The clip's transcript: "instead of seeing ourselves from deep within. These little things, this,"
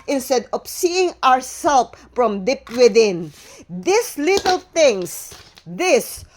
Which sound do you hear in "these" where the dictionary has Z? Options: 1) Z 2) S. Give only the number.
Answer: 2